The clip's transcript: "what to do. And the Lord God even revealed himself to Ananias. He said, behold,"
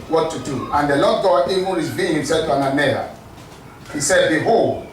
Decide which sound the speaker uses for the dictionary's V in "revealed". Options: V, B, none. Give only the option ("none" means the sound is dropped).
B